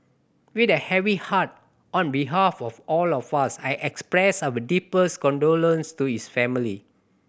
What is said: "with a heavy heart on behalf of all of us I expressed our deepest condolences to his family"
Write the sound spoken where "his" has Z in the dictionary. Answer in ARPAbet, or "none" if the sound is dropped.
S